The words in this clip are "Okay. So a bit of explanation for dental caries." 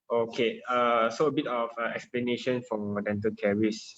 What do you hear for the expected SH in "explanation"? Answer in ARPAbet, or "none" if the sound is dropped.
SH